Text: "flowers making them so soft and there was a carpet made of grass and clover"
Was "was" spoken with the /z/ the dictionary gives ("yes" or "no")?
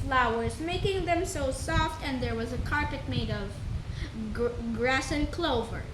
yes